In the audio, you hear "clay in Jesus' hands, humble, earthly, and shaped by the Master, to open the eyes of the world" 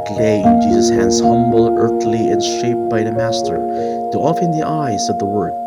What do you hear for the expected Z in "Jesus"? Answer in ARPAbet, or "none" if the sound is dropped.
Z